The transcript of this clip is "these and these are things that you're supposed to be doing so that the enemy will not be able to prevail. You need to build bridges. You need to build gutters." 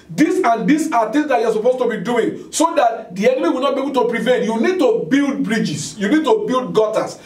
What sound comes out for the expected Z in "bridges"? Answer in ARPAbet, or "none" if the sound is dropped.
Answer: S